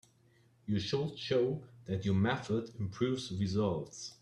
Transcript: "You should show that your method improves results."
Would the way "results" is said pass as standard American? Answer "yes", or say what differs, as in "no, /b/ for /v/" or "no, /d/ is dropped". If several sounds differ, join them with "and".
yes